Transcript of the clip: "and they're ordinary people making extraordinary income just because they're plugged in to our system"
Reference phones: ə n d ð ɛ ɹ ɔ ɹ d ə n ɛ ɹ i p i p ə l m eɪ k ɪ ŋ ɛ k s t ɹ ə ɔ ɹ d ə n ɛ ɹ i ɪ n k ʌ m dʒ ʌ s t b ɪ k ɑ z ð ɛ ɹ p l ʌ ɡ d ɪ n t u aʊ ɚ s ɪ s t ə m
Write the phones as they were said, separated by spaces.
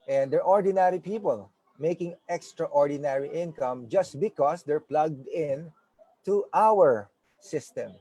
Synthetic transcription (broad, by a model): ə n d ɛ ɹ ɔ ɹ d ə n ɛ ɹ i p i p ə l m eɪ k ɪ ŋ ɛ k s t ɹ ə ɔ ɹ d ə n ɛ ɹ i ɪ n k ʌ m dʒ ʌ s t b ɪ k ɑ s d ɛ ɹ p l ʌ ɡ d ɪ n t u aʊ ɚ s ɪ s t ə m